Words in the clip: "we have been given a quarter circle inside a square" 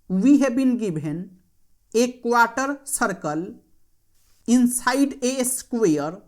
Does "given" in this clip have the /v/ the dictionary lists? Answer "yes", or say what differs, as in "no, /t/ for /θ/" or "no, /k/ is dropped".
no, /b/ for /v/